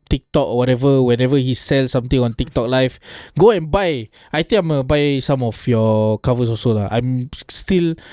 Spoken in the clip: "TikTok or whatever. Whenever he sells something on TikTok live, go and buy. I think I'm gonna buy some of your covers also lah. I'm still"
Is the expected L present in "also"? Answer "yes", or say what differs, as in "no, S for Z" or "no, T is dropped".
no, L is dropped